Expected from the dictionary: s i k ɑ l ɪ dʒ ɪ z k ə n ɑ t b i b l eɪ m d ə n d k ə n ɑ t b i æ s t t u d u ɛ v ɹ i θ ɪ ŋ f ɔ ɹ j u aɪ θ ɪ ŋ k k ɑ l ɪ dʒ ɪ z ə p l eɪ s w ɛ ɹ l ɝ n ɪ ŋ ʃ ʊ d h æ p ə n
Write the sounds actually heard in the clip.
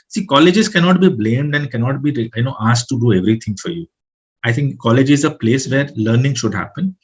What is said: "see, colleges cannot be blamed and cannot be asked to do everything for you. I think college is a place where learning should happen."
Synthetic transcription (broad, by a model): s i k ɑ l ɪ dʒ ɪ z k ə n ɑ t b i b l eɪ m d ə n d k ə n ɑ t b i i s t t u d u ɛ v ɹ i t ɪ ŋ f ɔ ɹ j u aɪ t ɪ ŋ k k ɑ l ɪ dʒ ɪ z ə p l eɪ s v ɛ ɹ l ɝ n ɪ ŋ ʃ ʊ d h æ p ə n